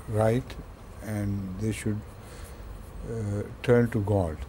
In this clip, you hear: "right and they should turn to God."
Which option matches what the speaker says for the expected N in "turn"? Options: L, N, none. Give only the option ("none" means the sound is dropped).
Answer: N